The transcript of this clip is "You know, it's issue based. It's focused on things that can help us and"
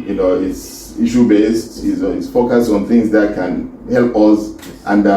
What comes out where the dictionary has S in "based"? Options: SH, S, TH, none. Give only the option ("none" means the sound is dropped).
S